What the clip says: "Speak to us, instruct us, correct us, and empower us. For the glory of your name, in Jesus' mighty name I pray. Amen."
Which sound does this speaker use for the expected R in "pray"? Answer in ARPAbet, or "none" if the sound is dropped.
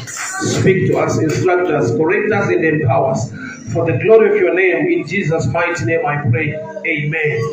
R